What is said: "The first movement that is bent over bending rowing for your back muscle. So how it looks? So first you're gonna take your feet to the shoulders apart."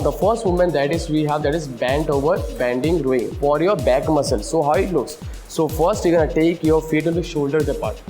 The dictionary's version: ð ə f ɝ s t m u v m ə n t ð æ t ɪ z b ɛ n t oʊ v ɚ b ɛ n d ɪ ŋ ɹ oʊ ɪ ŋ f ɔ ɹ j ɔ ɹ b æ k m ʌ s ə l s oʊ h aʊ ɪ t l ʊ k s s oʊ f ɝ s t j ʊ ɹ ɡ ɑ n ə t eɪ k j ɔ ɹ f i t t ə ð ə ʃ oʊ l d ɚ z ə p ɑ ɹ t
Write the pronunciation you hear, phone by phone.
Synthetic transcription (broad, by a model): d ə f ɝ s t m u m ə n t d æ t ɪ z b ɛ n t oʊ v ɚ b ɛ n d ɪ ŋ ɹ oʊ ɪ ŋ f ɔ ɹ j ɔ ɹ b æ k m ʌ s ə l s oʊ h aʊ ɪ t l ʊ k s s oʊ f ɝ s t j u ɡ ɑ n ə t eɪ k j ɔ ɹ f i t t ə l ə ʃ oʊ l d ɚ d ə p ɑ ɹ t